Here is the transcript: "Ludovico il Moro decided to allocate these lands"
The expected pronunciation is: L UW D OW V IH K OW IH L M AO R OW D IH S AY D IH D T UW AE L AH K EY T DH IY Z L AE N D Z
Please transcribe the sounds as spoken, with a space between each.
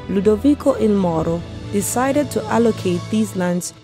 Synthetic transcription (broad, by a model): L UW D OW V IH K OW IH N M AO R OW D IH S AY D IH D T UW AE L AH K EY T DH IY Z L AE N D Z